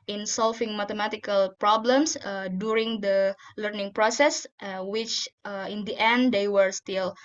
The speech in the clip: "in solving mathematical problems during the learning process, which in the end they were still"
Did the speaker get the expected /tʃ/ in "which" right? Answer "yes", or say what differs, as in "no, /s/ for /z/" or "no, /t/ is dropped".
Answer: yes